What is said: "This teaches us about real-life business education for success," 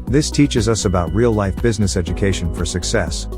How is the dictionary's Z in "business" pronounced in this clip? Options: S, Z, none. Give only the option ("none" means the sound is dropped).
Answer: Z